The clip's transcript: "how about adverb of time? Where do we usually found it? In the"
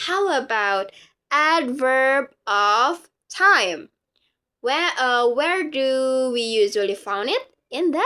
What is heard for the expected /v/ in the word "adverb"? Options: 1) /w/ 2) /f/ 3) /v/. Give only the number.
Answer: 3